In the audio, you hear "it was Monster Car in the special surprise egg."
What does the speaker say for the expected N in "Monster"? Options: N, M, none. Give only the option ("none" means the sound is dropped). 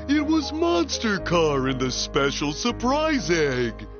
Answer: N